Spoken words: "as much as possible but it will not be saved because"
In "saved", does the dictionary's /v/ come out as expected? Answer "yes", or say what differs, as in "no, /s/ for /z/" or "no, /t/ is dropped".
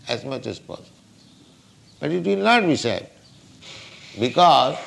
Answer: no, /v/ is dropped